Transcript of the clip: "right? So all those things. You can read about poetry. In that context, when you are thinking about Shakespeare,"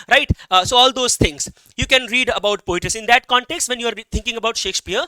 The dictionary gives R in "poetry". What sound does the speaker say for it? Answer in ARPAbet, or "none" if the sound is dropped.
none